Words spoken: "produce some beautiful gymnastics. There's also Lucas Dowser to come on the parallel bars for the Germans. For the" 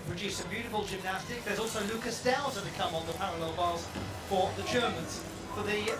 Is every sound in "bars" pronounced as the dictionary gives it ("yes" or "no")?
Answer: no